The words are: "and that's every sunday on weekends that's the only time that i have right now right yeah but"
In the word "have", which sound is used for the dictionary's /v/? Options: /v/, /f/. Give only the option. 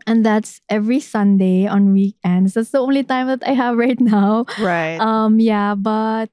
/v/